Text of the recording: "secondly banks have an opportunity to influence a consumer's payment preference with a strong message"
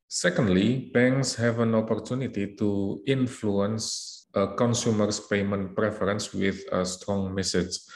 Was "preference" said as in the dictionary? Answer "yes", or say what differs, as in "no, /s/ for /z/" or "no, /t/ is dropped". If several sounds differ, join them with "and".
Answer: yes